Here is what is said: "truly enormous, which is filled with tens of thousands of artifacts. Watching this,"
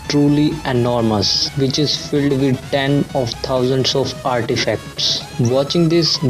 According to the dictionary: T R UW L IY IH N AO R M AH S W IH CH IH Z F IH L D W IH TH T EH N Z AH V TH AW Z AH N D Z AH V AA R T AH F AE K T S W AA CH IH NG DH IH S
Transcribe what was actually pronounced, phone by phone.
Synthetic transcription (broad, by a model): T R UW L IY IH N AO R M AH S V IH CH IH Z F IH L D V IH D T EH N AH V T AW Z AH N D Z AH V AA R T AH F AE K T S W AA CH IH NG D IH S